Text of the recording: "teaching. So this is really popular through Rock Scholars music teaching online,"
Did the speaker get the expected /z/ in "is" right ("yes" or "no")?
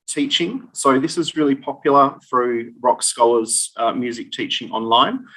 yes